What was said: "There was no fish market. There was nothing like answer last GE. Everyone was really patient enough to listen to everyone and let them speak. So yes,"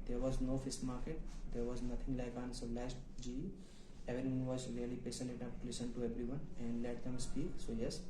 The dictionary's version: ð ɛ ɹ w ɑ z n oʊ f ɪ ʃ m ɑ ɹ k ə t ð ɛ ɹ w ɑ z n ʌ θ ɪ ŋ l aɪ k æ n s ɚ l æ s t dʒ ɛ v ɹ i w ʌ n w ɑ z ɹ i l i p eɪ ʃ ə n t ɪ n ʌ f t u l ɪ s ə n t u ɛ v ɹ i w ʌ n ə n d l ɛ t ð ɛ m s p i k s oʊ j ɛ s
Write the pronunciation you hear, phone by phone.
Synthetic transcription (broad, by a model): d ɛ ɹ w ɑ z n oʊ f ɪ s m ɑ ɹ k ə t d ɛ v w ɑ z n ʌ t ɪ ŋ l aɪ k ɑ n s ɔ l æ s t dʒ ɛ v i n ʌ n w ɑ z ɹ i l i p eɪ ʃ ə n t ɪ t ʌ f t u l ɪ s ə n t u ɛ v ɹ i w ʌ n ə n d l ɛ t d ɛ m s p i k s oʊ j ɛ s